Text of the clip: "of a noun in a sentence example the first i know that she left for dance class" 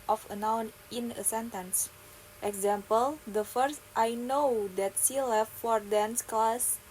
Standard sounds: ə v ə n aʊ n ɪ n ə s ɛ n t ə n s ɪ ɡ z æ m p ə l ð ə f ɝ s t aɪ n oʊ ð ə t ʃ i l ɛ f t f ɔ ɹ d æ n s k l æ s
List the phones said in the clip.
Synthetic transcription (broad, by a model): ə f ə n aʊ n ɪ n ə s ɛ n t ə n s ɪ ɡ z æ m p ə l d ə f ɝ s t aɪ n oʊ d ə t s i l ɛ f t f ɔ ɹ d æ n s k l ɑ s